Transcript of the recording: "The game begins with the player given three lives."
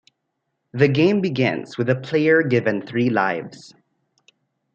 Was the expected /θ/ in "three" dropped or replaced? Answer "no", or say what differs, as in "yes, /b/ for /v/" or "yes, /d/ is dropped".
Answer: no